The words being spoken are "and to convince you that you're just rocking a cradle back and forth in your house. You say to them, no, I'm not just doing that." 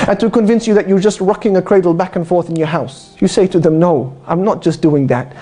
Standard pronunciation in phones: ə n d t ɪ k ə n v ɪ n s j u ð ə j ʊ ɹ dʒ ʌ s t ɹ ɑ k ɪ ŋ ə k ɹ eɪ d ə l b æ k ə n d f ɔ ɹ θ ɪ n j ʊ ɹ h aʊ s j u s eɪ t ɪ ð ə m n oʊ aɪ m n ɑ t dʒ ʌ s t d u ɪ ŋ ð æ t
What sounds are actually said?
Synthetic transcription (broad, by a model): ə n t ɪ k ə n v ɪ n s j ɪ ð ə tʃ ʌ ɹ dʒ ʌ s t ɹ ɑ k ɪ ŋ ə k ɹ eɪ d l b æ k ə n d f ɔ ɹ θ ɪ n j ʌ ɹ h aʊ s j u s eɪ t ɪ ð ə m n oʊ aɪ m n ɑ t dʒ ʌ s d u ɪ ŋ ð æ t